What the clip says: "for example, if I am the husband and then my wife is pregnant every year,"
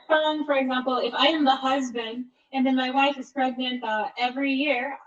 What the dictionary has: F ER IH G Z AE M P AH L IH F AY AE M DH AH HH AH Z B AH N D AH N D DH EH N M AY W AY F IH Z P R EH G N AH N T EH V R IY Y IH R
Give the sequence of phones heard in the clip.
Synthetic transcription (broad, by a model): F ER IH G Z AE M P L IH F AY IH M DH AH HH AH Z B AH N D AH N DH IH N M AY W AY F IH Z P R EH G N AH N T EH V R IY Y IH R